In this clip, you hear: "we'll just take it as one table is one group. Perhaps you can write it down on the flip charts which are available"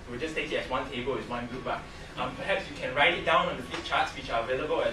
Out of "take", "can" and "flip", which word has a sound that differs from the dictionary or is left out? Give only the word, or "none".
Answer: flip